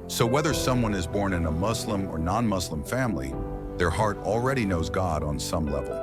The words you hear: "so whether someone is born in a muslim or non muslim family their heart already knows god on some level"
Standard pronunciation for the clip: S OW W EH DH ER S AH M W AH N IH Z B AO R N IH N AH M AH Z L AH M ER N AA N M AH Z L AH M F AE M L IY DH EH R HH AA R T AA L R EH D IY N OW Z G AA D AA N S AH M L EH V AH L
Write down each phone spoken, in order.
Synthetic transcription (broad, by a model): S OW W EH DH ER S AH M W AH N IH Z B AO R N IH N AH M AH Z L AH M ER N AA N M AH Z L AH M F AE M L IY DH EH R HH AA R T L R EH D IY N OW Z G AA D N S AH M L EH V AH L